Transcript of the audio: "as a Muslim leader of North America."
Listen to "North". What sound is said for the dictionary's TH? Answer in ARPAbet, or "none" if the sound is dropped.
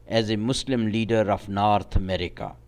T